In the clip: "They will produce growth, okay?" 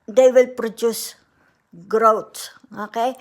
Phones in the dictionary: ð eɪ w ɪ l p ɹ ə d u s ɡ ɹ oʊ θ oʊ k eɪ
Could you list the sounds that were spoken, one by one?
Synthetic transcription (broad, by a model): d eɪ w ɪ l p ɹ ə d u s ɡ ɹ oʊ s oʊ k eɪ